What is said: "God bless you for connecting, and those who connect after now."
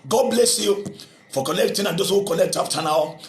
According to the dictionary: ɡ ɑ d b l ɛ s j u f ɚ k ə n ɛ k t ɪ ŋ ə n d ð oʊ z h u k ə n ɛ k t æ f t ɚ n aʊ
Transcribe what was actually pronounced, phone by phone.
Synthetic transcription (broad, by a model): ɡ ɑ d b l ɛ s j u f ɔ k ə l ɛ k t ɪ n ə n d oʊ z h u k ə l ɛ k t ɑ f t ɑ n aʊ